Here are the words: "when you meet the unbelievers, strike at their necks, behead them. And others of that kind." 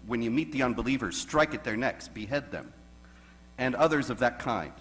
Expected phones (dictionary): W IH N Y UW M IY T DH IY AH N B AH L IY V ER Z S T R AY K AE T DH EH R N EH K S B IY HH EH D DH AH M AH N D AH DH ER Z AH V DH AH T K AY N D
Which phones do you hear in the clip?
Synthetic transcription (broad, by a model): W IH N Y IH M IY T DH IY AH N B AH L IY V ER Z S T R AY K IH T DH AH R N EH K S B IY HH EH D DH AH M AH N AH DH ER Z AH V DH AH T K AY N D